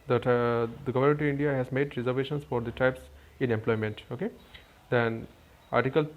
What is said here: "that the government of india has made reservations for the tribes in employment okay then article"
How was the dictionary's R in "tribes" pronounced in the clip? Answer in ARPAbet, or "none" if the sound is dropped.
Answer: none